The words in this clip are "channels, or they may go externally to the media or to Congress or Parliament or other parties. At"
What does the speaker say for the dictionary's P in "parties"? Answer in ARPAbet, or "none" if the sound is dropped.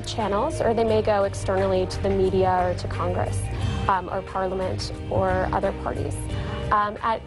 P